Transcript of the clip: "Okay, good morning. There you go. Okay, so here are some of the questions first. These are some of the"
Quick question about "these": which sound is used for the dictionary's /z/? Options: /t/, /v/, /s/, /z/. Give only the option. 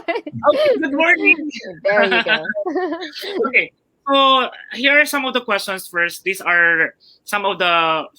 /s/